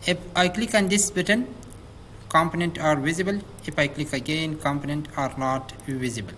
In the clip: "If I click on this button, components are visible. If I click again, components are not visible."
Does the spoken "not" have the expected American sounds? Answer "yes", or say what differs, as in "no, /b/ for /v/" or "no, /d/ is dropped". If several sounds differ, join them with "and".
yes